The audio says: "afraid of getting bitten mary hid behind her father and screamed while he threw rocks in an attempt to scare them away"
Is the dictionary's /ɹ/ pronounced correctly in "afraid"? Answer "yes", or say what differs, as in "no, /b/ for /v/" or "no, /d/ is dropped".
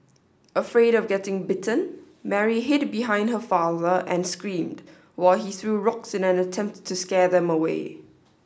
yes